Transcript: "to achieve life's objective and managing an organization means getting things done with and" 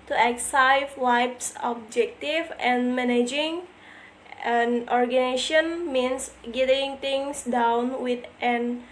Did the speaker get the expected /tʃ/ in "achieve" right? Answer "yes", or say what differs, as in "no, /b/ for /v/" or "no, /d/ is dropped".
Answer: no, /s/ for /tʃ/